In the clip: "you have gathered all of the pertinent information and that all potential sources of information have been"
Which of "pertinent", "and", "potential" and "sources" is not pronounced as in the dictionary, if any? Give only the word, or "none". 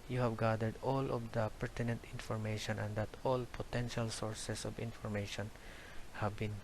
sources